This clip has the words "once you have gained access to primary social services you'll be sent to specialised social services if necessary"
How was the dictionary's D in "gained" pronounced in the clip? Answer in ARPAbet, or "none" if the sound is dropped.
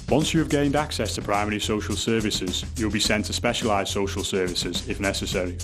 D